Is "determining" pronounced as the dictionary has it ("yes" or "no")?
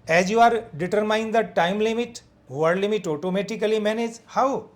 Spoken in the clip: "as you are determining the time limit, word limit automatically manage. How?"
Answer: no